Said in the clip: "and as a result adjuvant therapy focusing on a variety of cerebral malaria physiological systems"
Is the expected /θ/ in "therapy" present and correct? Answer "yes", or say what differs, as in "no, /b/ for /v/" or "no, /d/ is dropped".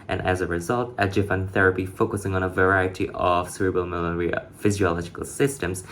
yes